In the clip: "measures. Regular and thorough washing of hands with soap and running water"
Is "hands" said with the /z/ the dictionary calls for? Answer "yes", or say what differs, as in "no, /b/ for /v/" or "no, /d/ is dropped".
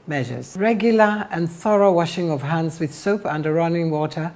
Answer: yes